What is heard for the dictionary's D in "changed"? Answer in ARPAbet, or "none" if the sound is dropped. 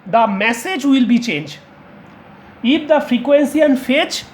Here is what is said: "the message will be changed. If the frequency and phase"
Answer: none